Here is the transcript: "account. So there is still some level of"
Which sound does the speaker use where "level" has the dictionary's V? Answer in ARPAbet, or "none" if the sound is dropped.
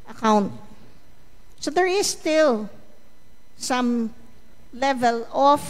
V